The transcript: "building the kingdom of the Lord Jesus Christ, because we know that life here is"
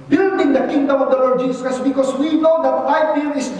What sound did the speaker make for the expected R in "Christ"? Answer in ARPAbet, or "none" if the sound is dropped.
none